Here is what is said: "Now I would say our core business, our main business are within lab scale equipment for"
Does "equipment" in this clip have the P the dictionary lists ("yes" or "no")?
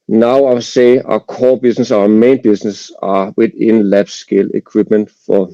no